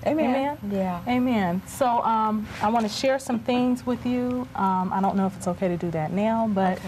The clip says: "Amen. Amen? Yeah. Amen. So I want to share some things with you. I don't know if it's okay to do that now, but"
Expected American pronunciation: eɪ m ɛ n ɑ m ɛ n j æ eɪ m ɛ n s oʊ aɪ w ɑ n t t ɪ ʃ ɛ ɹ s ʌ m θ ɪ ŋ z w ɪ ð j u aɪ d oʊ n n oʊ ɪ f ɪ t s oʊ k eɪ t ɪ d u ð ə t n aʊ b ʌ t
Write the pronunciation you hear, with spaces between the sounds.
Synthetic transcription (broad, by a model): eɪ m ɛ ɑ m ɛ n j æ eɪ m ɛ n s oʊ aɪ w ɑ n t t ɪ ʃ ɛ ɹ s ʌ m θ ɪ ŋ z w ɪ ð j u aɪ d oʊ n n oʊ ɪ f ɪ t s oʊ k eɪ t ɪ d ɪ ð ə t n aʊ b ʌ t